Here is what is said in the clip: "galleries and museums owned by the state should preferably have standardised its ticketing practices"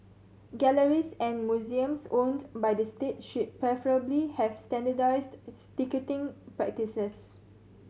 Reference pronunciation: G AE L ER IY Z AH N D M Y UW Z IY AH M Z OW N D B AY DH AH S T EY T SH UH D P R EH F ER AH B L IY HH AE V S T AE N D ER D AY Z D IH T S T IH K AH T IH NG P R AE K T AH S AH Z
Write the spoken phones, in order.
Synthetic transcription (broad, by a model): G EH L ER IY S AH N M Y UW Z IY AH M S OW N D B AY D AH S T EY T SH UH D P R EH F ER AH B L IY HH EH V S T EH N D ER D AY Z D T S T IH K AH T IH NG P R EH K T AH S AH S